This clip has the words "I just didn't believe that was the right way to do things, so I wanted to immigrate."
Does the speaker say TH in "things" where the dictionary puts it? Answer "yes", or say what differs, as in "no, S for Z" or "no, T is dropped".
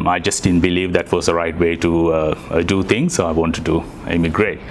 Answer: no, T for TH